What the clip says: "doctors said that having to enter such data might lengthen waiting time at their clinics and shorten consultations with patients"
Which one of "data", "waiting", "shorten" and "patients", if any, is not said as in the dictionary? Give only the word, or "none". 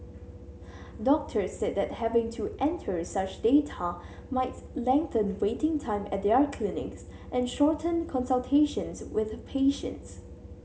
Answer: none